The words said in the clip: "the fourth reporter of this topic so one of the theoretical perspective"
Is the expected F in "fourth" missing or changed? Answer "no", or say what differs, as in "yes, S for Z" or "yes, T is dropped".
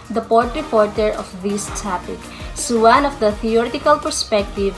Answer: yes, P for F